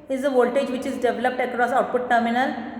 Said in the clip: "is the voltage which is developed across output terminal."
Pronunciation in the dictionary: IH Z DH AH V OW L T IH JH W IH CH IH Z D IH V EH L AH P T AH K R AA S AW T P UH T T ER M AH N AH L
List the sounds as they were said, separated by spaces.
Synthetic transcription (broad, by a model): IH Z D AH V OW L T IH JH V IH CH IH Z D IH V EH L AH P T AH K R AA S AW T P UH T T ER M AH N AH L